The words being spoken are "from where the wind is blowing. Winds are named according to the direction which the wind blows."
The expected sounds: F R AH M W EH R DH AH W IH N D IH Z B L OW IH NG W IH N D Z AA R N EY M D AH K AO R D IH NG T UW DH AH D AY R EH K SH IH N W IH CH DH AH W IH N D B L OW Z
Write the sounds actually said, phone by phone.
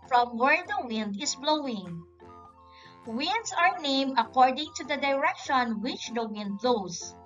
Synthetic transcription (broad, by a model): F R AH M W EH R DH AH W IH N D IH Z B L OW IH NG W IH N D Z AA R N EY M AH K AO R D IH NG T UW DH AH D AY R EH K SH IH N W IH CH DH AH W IH N D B L OW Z